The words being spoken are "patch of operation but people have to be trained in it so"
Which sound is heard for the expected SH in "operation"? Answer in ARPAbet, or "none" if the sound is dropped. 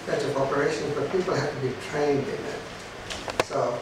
SH